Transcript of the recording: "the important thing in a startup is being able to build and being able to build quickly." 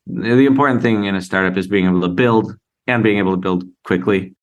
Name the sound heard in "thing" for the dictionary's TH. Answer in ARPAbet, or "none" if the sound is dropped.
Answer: TH